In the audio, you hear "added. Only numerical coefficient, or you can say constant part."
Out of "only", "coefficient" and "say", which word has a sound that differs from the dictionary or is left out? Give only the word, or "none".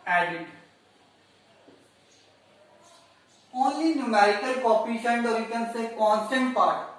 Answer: coefficient